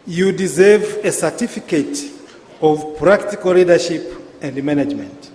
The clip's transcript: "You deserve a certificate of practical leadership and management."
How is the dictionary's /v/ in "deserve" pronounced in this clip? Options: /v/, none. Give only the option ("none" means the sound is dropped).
/v/